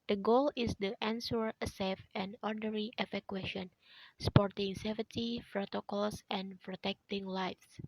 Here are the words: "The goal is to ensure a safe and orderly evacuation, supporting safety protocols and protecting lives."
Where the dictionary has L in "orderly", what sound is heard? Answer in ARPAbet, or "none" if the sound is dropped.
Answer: none